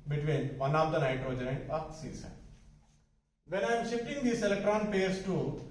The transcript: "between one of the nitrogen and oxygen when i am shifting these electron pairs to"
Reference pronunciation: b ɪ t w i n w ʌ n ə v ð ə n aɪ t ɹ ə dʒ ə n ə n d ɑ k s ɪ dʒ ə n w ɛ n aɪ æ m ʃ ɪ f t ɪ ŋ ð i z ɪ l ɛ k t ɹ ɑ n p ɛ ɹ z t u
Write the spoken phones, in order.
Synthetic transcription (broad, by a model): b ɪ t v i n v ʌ n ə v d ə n aɪ t ə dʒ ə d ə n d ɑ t s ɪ z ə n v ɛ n aɪ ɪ m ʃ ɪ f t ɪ ŋ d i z ɪ l ɛ k t ɹ ɑ n p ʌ ɹ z t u